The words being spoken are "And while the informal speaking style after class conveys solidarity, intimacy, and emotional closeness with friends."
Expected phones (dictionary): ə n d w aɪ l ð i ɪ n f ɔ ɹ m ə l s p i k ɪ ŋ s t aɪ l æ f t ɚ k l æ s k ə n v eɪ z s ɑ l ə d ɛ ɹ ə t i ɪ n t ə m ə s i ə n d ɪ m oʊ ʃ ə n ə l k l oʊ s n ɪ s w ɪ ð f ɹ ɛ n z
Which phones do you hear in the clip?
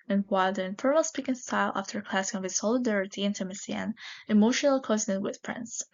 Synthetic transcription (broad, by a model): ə n w aɪ l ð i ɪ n f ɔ ɹ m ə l s p i k ɪ ŋ s t aɪ l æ f t ɚ k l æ s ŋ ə v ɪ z s ɑ l ə d ɛ ɹ ə t i ɪ n t ə m ə s i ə n ɪ m oʊ ʃ ə n ə l k oʊ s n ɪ w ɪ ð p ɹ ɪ n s